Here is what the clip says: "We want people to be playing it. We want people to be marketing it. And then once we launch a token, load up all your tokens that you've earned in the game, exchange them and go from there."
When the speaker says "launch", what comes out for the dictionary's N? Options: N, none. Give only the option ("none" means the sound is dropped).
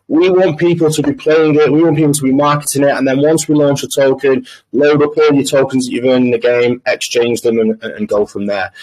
N